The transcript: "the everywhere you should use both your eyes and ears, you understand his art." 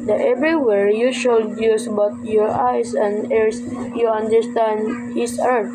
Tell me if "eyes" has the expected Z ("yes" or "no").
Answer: no